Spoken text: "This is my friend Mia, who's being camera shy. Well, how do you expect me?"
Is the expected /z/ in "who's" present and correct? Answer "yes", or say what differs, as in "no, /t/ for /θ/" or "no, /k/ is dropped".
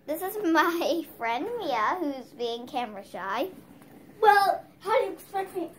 yes